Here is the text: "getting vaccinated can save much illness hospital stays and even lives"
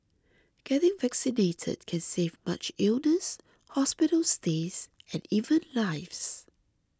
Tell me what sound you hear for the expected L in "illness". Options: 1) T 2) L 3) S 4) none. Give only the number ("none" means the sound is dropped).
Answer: 2